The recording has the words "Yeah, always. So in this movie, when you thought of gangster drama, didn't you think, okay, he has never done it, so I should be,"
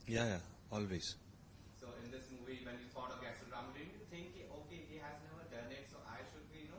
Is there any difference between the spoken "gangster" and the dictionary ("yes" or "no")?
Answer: yes